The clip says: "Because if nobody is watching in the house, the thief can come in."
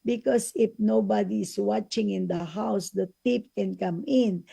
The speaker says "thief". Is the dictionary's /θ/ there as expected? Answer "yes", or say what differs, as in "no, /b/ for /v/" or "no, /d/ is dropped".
no, /t/ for /θ/